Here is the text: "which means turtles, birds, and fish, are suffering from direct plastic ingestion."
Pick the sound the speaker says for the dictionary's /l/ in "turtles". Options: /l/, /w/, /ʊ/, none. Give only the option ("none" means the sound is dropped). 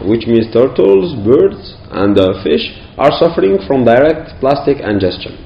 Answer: /l/